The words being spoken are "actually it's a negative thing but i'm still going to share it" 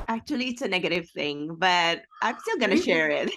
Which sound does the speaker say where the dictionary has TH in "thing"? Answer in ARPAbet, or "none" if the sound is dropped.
TH